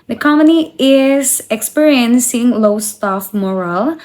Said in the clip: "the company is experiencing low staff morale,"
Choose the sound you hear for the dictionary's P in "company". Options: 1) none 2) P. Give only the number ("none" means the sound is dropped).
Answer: 1